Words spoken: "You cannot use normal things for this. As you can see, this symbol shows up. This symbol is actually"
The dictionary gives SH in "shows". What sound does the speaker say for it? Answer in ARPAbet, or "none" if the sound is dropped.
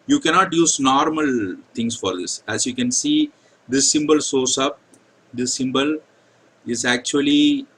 S